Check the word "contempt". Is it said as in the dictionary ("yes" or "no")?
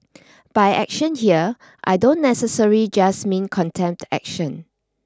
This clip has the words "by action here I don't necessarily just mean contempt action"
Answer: yes